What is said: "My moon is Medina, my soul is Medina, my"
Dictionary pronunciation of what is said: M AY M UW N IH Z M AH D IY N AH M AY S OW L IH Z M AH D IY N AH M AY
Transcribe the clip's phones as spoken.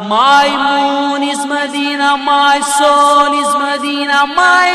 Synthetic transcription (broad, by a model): M AY M UW N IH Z M AH D IY N AH M AY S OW N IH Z M AH D IY N AH M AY